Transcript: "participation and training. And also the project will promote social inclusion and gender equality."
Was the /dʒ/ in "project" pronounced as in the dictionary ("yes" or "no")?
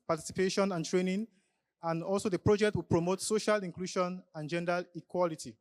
yes